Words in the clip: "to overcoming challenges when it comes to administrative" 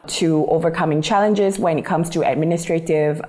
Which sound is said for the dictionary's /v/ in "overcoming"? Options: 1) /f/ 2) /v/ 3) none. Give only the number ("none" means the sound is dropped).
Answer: 2